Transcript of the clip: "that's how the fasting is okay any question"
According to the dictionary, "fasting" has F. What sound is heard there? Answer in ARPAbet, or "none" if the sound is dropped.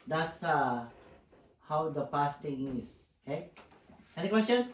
P